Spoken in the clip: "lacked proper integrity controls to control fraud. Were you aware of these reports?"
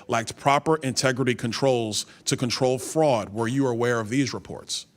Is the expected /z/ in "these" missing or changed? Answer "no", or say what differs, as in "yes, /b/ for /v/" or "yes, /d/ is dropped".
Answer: no